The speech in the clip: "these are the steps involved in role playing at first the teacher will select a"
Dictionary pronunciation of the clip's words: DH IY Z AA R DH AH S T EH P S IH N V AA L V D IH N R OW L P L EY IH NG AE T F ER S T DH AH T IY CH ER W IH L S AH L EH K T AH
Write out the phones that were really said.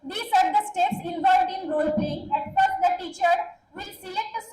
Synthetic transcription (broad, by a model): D IY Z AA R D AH S T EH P S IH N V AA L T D IH N R OW L P L EY IH NG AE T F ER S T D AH T IY CH ER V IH L S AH IH T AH